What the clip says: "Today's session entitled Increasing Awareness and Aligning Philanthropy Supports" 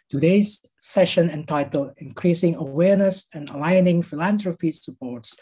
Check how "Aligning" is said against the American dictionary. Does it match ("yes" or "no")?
yes